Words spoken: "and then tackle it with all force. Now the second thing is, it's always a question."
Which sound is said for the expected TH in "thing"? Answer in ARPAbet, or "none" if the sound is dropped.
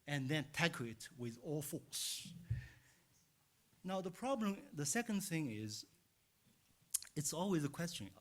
TH